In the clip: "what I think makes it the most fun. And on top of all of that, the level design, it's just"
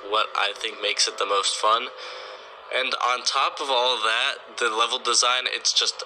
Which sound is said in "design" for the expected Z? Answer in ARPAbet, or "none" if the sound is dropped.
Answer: Z